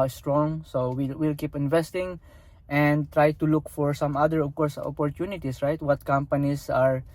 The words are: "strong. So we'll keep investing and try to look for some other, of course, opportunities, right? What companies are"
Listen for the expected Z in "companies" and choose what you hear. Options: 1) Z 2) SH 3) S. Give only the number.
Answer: 3